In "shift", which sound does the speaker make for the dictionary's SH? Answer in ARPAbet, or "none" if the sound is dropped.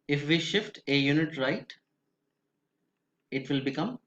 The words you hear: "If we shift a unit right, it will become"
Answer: SH